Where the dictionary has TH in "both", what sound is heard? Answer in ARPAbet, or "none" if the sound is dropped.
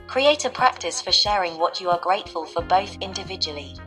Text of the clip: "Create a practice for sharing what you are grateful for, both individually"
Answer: TH